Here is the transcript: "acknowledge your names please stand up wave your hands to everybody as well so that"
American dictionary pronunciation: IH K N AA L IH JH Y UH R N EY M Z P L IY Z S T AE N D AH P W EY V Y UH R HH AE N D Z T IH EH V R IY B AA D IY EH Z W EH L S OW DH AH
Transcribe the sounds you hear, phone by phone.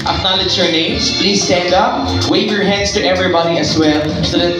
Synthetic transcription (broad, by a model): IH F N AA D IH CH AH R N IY Z P L IY Z S T AE N D AH P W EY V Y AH R HH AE N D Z T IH EH V R IY B AA D IY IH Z W EH L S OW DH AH